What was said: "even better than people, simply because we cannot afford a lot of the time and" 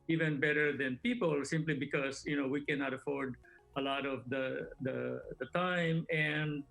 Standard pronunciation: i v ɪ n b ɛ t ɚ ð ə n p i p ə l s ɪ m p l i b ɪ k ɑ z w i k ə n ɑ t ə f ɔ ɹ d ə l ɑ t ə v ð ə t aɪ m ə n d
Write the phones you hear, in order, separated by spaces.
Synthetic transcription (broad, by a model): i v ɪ n b ɛ t ɚ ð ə n p i p ə l s ɪ m p l i b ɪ k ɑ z w i k ə n ɑ t ə f ɔ ɹ d ə l ɑ t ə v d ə t aɪ m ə n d